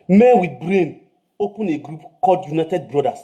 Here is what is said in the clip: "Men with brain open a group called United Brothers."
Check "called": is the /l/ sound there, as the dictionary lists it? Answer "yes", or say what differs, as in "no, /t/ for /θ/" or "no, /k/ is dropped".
no, /l/ is dropped